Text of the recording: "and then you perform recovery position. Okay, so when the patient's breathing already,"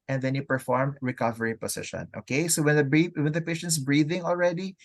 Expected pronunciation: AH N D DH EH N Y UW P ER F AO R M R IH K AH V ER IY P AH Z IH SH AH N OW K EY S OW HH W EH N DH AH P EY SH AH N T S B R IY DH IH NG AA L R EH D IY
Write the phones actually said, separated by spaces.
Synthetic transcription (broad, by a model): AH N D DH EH N Y UW P ER F AO R M R IH K AH V ER IY P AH S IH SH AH N OW K EY S OW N W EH N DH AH P EY SH AH N T S B R IY DH IH NG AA L R EH D IY